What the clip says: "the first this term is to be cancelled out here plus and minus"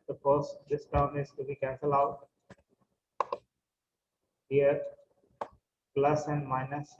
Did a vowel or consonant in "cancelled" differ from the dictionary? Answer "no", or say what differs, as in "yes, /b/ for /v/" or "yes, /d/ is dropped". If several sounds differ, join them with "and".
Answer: yes, /d/ is dropped